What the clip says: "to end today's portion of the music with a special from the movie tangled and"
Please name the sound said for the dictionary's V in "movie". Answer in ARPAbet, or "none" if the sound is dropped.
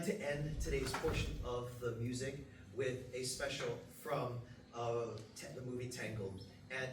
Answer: V